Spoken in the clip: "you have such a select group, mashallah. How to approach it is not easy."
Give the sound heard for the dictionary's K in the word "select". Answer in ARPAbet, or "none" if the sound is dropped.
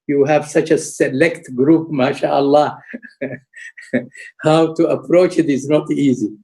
K